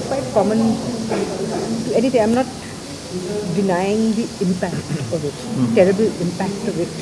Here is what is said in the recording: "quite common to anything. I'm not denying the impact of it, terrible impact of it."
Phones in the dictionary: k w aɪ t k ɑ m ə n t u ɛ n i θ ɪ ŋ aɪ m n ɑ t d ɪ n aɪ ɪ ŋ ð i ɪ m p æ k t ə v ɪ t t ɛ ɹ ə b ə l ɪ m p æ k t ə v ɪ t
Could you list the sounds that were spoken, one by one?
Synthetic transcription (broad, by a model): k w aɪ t k ɑ m ə n t u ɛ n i t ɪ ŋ aɪ m n ɑ t d ɪ n aɪ ɪ ŋ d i ɪ m p æ k t ə v ɪ t t ɛ ɹ ə b ə l ɪ m p æ k t ə v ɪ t